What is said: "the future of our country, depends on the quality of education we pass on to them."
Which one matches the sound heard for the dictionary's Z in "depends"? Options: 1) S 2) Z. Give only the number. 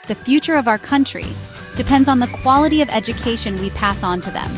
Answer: 2